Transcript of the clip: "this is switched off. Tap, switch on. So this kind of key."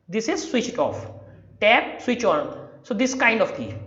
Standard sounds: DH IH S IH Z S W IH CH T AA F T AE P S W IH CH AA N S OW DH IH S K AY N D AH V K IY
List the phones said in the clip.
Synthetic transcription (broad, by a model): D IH S IH Z S W IH CH T AA F T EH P S W IH CH AA N S OW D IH S K AY N D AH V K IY